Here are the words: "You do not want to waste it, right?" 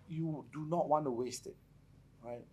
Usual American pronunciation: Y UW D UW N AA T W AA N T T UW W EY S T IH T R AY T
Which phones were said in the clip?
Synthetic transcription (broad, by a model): Y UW D UW N AA T W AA N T T UW W EY S T IH T R AY T